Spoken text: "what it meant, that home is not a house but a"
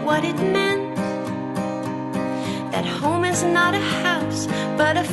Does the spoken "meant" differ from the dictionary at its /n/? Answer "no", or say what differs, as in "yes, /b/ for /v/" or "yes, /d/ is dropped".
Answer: no